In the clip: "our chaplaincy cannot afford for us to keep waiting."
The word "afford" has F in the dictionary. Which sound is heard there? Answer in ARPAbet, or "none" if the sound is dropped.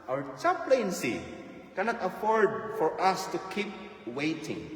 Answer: F